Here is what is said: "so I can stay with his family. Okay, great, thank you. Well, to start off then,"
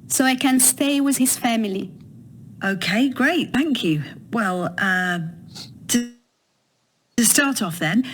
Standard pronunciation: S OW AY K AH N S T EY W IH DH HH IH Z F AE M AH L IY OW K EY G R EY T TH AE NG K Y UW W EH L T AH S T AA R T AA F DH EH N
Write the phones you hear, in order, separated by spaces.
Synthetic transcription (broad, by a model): S OW AY K AH N S T EY W IH DH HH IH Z F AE M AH L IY OW K EY G R EY T TH AE NG K Y UW W EH L T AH S T AA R T AA F DH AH N